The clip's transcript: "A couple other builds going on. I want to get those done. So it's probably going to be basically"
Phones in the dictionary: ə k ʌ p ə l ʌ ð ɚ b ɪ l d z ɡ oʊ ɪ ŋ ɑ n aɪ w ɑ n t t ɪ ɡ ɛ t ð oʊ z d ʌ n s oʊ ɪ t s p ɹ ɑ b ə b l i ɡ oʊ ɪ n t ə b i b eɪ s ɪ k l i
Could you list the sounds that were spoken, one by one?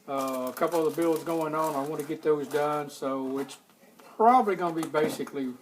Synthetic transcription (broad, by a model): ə k ʌ p l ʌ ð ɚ b ɪ l z ɡ oʊ ɪ ŋ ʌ n aɪ w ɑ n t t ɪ ɡ ɛ t ð oʊ z d ʌ n s oʊ ɪ t s p ɹ ɑ b ə b l i ɡ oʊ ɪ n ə b i b eɪ s ɪ k l i